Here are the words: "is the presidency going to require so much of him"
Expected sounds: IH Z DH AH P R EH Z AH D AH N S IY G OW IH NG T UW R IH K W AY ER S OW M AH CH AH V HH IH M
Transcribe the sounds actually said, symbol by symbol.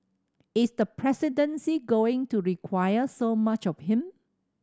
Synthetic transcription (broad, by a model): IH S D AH P R EH S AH D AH N S IY G OW IH NG T UW R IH K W AY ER S OW M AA CH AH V HH IH M